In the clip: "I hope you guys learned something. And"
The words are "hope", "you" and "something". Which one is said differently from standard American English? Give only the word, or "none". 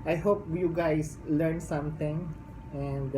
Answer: something